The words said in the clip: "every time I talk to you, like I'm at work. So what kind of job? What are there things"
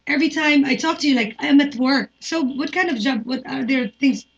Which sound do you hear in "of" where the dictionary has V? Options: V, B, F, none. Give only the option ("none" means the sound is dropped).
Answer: V